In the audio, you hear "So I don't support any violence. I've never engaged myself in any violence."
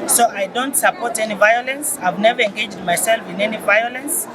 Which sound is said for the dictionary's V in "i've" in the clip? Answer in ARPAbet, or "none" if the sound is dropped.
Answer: V